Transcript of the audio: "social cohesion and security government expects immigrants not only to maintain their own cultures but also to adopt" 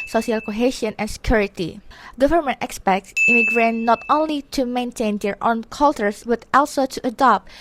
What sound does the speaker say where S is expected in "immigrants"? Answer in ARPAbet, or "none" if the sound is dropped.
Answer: none